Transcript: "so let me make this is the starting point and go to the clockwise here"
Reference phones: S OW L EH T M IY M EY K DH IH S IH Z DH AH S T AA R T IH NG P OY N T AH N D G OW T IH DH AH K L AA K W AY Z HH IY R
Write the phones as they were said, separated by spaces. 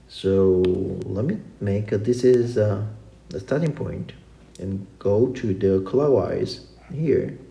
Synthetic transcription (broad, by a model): S OW L EH T M IY M EY K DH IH S IH Z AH S T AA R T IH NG P OY N T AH N G OW T IH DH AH K L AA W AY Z HH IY R